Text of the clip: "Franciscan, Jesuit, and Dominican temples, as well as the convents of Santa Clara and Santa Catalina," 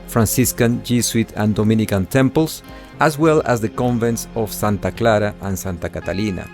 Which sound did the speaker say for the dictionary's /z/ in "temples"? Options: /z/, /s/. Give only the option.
/s/